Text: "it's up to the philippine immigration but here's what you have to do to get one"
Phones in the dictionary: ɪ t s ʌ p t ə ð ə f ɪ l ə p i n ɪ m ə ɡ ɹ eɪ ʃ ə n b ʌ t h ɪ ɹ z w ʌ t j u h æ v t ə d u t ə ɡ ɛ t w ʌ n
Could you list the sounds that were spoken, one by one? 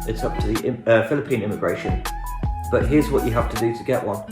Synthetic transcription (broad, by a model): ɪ t s ʌ p t ə ð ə f ɪ l ə p i n ɪ m ə ɡ ɹ eɪ ʃ ə n b ʌ t h ɪ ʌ z w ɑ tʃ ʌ h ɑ f t ə d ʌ t ə ɡ ɛ t w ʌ n